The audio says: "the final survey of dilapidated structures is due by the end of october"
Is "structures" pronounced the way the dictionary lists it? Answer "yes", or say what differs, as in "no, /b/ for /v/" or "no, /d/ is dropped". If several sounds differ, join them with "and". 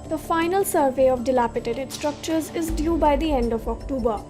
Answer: yes